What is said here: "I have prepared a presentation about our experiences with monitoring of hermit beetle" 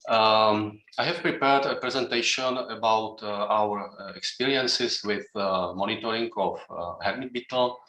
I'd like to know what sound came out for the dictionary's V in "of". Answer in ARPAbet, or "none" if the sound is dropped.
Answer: F